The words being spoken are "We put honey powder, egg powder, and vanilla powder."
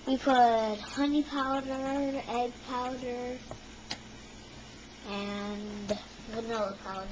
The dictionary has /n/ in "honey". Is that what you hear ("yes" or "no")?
yes